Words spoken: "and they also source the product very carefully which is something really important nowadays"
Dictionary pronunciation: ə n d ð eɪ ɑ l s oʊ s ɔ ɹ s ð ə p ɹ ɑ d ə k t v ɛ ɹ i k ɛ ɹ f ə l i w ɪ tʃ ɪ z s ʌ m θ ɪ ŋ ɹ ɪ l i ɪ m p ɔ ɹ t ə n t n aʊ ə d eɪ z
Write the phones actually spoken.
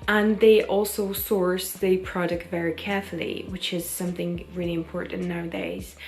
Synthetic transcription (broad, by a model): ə n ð eɪ ɑ l s oʊ s ɔ ɹ s ð ə p ɹ ɑ d ə k t v ɛ ɹ i k ɛ ɹ f ə l i w ɪ tʃ ɪ z s ʌ m θ ɪ ŋ ɹ ɪ l i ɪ m p ɔ ɹ t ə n n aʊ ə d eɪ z